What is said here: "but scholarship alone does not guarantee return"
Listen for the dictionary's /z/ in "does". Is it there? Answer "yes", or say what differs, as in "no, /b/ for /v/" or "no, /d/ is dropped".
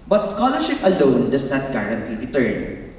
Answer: no, /s/ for /z/